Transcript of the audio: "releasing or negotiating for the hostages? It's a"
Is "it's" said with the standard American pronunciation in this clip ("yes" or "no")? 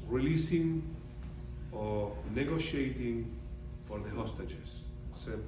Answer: no